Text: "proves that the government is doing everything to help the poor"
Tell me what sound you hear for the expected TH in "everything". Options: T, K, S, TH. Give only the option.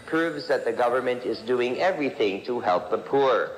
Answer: TH